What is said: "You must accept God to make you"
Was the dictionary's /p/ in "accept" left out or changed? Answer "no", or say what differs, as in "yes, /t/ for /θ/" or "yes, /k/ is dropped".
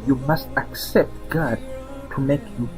no